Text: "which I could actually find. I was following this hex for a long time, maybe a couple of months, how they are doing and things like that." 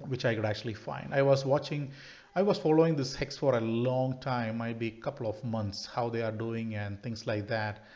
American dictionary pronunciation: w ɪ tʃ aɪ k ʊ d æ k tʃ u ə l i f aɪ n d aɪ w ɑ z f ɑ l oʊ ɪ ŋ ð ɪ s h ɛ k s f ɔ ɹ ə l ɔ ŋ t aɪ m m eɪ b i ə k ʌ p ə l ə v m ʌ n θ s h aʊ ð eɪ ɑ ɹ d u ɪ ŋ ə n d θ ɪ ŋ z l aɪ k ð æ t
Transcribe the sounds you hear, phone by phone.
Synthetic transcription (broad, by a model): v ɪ tʃ aɪ k ʊ d æ k tʃ u ə l i f aɪ n d aɪ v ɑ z f ɑ l oʊ ɪ ŋ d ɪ s h ɛ k s f ɔ ɹ ə l ɔ ŋ t aɪ m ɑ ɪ b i ə k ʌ p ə l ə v m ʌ n t s h aʊ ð eɪ ɑ ɹ d u ɪ ŋ ə n d t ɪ ŋ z l aɪ k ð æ t